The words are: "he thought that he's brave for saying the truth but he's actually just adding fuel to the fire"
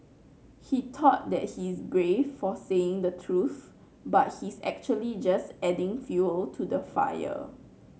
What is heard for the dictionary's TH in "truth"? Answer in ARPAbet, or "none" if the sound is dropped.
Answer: TH